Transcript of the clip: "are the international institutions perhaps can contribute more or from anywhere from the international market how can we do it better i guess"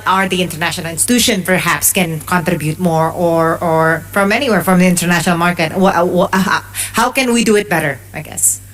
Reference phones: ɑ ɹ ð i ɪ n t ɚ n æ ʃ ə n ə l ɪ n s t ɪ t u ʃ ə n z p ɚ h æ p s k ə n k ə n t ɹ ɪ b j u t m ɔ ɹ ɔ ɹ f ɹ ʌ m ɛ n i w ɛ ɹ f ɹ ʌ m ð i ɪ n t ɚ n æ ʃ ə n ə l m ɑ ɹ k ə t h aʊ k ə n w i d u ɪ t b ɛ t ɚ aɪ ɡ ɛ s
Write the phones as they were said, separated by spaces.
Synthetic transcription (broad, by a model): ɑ ɹ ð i ɪ n t ɚ n æ ʃ ə n ə l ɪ n s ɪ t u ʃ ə n p ɚ h æ p s k ə n k ə n t ɹ ɪ b j u t m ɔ ɹ ɔ ɹ f ɹ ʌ m ɛ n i w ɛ ɹ f ɹ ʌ m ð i ɪ n t ɚ n æ ʃ ə n ə l m ɑ ɹ k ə t h aʊ k ə n w i d u ɪ t b ɛ t ɚ aɪ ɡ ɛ s